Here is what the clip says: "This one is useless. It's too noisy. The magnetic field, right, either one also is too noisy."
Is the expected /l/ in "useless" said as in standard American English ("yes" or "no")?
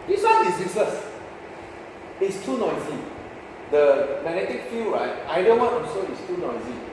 no